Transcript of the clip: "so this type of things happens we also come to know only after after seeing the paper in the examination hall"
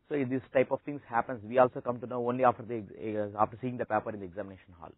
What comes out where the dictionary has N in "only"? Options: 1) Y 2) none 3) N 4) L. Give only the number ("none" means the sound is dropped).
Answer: 3